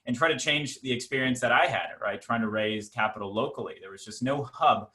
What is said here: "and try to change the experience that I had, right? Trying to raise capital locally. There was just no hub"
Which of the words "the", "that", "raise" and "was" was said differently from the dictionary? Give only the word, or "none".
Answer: none